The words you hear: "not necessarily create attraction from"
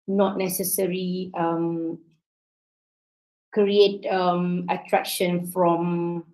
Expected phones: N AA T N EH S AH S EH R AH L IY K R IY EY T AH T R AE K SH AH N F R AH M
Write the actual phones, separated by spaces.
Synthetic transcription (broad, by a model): N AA T N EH S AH S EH R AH IY K R IY EY T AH T R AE K SH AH N F R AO M